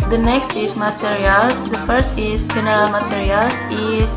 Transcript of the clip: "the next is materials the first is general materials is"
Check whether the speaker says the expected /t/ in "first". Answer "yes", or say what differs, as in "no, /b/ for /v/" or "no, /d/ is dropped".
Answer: yes